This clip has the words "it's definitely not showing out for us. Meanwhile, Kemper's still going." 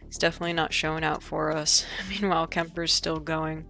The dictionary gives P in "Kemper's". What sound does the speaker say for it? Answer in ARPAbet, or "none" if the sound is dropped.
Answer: P